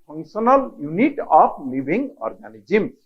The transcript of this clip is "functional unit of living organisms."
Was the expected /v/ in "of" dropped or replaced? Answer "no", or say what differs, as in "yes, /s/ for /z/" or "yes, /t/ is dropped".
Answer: yes, /p/ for /v/